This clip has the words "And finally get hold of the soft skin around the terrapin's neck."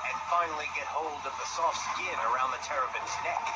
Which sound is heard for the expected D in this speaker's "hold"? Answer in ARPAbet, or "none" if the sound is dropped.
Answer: D